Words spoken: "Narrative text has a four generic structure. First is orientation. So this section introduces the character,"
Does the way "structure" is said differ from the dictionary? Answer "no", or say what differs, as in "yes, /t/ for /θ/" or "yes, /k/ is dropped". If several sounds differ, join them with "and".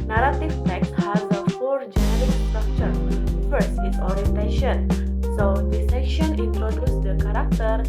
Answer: no